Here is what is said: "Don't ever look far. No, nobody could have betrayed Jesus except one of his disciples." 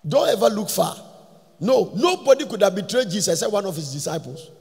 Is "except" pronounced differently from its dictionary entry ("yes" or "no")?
yes